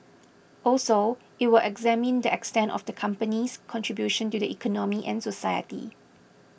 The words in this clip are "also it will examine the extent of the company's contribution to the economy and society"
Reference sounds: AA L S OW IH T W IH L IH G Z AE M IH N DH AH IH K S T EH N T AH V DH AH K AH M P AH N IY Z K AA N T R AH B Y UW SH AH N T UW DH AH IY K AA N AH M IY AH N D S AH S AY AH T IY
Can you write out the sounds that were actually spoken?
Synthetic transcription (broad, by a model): AA L S OW IH T W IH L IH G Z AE M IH N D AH IH K S T EH N T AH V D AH K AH M P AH N IY S K AA N T R AH B Y UW SH AH N T UW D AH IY K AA N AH M IY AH N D S AH S AY AH T IY